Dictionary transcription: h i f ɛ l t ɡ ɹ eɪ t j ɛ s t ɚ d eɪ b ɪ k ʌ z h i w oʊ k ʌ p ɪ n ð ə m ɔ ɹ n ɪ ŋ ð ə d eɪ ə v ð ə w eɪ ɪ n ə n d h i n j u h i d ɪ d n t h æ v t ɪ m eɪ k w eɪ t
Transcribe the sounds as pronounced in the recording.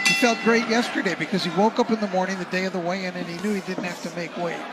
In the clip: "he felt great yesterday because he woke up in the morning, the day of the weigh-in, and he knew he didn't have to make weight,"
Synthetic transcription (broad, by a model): h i f ɛ l t ɡ ɹ eɪ t j ɛ s t ɚ d eɪ b ɪ k ʌ z i w oʊ k ʌ p ɪ n ð ə m ɔ ɹ n ɪ ŋ ð ə d eɪ ə v ð ə w eɪ ɪ n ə n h i n j u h i d ɪ d n t h æ f t ɪ m eɪ k w eɪ